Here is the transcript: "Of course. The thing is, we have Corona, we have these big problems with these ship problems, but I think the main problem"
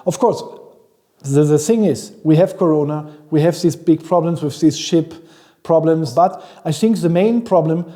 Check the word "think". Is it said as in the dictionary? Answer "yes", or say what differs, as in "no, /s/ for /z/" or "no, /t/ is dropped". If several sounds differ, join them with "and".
yes